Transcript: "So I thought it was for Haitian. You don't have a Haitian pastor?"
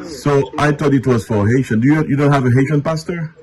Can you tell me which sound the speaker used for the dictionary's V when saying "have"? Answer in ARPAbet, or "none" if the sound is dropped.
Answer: V